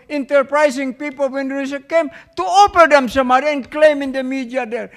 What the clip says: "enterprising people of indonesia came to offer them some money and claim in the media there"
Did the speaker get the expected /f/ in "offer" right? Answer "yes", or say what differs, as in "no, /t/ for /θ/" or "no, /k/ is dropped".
no, /p/ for /f/